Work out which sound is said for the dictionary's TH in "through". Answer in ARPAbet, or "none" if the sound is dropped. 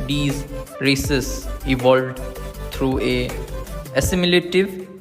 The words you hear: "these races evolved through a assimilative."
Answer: T